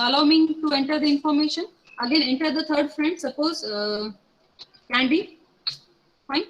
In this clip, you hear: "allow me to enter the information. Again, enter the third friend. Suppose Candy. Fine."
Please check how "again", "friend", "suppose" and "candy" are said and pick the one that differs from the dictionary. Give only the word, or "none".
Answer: none